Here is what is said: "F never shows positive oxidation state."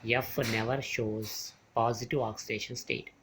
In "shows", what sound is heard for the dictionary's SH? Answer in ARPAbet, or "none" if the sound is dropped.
SH